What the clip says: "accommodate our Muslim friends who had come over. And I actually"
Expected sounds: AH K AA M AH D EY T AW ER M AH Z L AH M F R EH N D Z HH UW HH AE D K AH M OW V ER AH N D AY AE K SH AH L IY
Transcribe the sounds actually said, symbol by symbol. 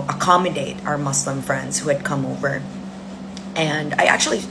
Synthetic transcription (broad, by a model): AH K AA M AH D EY T AW ER M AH S L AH M F R EH N D Z HH UW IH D K AH M OW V ER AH N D AY AE K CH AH L IY